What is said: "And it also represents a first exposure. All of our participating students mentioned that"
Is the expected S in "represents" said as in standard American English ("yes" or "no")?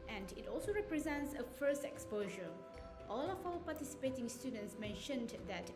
yes